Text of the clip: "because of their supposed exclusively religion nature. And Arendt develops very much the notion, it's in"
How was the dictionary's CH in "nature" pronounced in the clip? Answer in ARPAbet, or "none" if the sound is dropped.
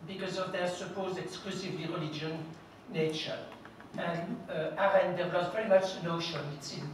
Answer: CH